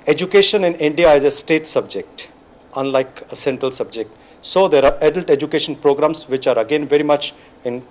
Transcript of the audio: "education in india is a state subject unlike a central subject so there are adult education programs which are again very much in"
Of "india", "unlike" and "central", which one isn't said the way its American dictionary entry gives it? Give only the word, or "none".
none